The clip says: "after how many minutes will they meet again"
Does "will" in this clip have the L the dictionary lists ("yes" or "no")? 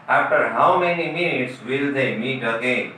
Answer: yes